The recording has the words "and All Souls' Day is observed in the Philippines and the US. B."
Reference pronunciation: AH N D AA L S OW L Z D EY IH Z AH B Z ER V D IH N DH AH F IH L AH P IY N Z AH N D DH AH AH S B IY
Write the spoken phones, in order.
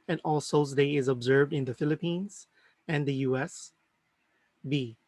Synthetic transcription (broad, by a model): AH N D AA L S OW Z D EY IH Z AH B Z ER V D IH N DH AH F IH L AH P IY N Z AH N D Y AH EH S B IY